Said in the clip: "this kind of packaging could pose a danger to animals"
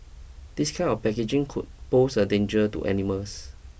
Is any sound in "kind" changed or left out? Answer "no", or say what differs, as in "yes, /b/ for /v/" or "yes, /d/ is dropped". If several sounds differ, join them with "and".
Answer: yes, /d/ is dropped